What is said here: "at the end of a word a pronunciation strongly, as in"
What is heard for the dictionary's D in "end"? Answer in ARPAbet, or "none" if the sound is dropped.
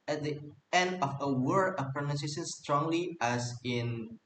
D